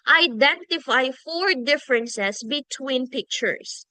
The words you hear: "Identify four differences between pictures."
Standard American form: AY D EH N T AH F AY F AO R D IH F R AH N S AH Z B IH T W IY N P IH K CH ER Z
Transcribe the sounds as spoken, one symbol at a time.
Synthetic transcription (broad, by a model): AY D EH N T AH F AY F AO R D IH F R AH N S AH S B IH T W IY N P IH K CH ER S